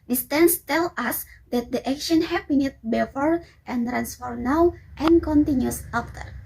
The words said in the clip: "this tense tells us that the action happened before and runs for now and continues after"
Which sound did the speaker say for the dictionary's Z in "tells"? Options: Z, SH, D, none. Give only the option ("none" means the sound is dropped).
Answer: none